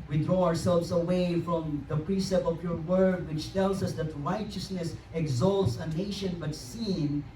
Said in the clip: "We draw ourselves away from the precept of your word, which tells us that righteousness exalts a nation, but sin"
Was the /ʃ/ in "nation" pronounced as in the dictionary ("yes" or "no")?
yes